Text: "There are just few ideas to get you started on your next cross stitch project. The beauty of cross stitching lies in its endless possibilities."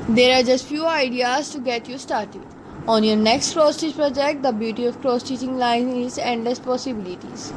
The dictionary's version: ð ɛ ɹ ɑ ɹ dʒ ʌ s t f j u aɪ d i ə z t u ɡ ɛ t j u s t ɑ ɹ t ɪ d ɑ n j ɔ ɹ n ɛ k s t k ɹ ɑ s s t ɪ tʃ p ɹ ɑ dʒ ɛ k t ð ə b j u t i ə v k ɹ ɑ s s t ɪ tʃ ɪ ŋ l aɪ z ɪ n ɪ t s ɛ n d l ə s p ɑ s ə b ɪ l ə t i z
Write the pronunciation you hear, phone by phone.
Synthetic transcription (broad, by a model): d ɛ ɹ ɑ ɹ dʒ ʌ s t f j u aɪ d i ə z t u ɡ ɛ t j u s t ɑ ɹ t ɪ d ɑ n j ɔ ɹ n ɛ k s t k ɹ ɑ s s t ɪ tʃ p ɹ ɑ dʒ ɛ k t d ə b j u t i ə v k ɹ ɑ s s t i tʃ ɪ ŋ l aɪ ɪ n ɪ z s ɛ n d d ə s p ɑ s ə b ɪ l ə t i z